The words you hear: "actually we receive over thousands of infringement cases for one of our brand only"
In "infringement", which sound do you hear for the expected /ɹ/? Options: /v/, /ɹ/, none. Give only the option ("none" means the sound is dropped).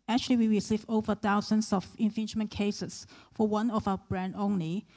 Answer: none